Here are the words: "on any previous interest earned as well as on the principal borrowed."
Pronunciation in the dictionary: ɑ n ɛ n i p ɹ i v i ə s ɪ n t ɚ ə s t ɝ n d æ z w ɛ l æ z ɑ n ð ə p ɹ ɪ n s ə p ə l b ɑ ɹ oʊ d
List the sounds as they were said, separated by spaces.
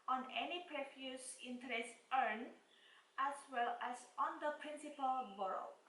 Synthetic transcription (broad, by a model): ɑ n ɛ n i p ɹ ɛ f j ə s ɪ n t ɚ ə s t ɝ n æ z w ɛ l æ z ɑ n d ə p ɹ ɪ n s ə p ə l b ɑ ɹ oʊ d